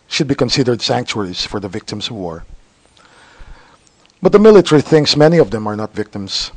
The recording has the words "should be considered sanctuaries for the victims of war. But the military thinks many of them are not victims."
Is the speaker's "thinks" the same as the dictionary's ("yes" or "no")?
no